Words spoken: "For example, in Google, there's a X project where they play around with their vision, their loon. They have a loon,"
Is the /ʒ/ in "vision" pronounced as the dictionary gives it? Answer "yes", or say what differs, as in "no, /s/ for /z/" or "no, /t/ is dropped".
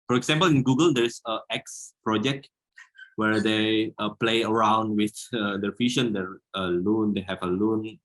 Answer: no, /ʃ/ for /ʒ/